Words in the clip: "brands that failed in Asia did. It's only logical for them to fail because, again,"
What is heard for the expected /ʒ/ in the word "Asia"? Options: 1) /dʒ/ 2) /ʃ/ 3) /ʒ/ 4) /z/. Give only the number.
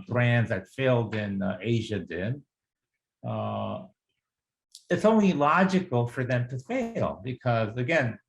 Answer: 3